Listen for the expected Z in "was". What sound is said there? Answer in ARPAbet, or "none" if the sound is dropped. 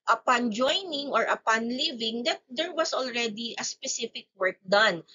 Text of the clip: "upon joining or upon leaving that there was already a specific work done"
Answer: S